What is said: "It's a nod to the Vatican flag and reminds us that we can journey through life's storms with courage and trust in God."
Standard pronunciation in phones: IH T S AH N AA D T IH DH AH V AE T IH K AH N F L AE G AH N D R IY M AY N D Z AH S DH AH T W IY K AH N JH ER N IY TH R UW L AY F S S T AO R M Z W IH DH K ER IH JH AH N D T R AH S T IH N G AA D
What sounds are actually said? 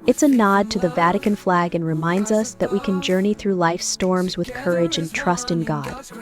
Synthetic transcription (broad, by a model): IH T S AH N AA D T IH DH AH V AE T IH K AH N F L AE G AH N R IY M AY N D Z AH S DH AH T W IY K AH N JH ER N IY TH R UW L AY F S S T AO R M Z W IH DH K ER IH JH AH N T R AH S T IH N G AA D